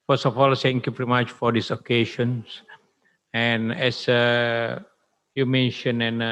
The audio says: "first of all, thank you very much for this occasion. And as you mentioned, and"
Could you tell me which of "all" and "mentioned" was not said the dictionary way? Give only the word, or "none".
mentioned